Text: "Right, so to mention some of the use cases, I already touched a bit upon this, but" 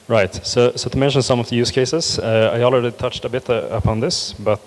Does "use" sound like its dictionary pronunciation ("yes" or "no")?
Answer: yes